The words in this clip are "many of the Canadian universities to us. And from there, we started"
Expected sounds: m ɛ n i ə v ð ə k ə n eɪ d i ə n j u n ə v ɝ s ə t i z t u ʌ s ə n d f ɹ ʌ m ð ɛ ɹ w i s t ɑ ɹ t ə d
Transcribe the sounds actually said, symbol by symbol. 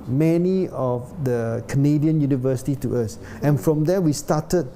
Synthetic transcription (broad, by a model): m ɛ n i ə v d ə k ə n eɪ d i ə n j u n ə v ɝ s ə t i t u ʌ s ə n f ɹ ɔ m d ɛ w i s t ɑ t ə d